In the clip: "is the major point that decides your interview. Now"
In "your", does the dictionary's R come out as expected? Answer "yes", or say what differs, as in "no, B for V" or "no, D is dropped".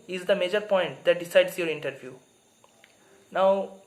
yes